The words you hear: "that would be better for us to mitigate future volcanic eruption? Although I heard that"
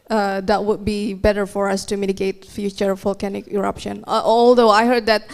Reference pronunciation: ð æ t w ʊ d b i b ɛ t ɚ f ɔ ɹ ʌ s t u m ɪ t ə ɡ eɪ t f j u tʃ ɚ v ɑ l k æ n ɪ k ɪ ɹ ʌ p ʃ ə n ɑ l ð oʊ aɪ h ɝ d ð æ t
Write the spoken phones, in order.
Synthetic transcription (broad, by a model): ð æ t w ʊ d b i b ɛ t ɚ f ɔ ɹ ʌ s t u m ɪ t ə ɡ eɪ t f j u tʃ ɚ f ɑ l k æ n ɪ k ɪ ɹ ʌ p ʃ ə n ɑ l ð oʊ aɪ h ɝ d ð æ t